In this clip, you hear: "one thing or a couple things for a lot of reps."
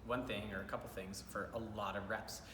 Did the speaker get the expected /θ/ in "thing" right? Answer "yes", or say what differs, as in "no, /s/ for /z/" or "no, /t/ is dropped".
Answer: yes